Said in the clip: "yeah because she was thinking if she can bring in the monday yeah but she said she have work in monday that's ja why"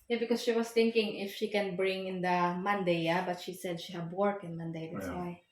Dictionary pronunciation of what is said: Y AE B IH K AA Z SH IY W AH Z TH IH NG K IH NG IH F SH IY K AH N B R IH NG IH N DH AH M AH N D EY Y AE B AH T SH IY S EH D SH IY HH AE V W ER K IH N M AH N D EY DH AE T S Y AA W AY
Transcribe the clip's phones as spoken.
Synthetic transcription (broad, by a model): Y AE B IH K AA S SH IY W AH S TH IH NG K IH NG IH F SH IY K AH N B R IH NG IH N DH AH M AH N D EY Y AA B AH T SH IY S EH D SH IY HH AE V W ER K IH N M AH N D EY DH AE T S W AY